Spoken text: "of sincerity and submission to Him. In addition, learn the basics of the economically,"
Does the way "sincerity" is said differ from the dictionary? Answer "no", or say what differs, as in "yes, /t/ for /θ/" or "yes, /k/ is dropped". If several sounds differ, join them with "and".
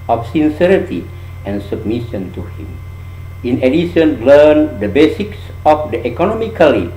no